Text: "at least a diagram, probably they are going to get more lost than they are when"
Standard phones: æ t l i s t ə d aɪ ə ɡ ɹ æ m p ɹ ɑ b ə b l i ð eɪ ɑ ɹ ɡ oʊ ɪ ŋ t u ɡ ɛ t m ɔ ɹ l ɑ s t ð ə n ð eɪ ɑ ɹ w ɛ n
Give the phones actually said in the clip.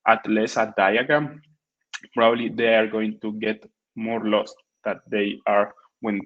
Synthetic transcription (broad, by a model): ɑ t l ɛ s ə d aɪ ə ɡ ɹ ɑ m p ɹ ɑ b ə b l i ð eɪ ɑ ɹ ɡ oʊ ɪ ŋ t u ɡ ɛ t m ɔ ɹ l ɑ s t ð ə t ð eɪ ɑ ɹ w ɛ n